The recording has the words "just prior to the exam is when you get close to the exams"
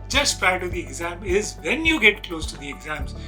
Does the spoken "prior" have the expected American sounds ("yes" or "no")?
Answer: no